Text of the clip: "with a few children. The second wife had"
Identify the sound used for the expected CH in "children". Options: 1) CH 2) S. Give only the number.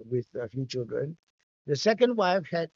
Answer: 1